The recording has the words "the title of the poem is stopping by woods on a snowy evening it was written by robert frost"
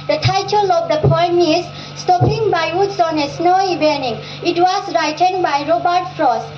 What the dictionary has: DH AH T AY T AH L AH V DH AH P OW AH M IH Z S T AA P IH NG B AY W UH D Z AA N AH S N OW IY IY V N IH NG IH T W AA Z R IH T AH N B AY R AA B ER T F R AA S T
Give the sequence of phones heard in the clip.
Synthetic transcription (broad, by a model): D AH T AY T AH L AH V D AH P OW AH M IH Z S T AA P IH NG B AY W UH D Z AA N AH S N OW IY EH N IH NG IH T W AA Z R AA T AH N B AY R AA B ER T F R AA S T